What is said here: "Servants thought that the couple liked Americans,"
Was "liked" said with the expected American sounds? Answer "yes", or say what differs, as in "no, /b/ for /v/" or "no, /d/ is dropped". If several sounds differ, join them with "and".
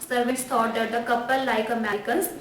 no, /t/ is dropped